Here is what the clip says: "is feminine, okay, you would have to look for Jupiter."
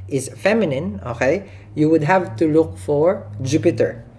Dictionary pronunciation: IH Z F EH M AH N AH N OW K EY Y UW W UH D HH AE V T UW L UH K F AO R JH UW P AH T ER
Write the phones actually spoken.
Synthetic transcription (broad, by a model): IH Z F EH M AH N AH N OW K EY Y UW W UH D HH AE V T UW L UH K F AO R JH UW P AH T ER